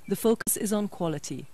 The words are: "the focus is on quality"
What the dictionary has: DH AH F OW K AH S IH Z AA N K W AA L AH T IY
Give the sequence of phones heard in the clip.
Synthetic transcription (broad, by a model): DH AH F OW K AH S IH Z N K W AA L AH T IY